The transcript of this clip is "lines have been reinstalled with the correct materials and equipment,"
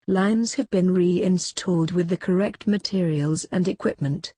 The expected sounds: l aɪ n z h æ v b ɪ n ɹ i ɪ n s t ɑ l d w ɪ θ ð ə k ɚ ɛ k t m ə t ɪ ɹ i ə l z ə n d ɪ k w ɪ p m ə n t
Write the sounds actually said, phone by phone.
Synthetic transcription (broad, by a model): l aɪ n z h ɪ v b ɪ n ɹ i ɪ n s t ɑ l d w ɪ ð ə k ɚ ɛ k t m ə t ɪ ɹ i ə l z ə n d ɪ k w ɪ p m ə n t